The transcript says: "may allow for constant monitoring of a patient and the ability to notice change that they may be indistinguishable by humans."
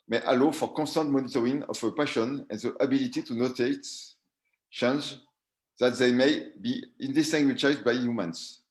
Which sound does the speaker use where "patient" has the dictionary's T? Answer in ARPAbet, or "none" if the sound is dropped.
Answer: none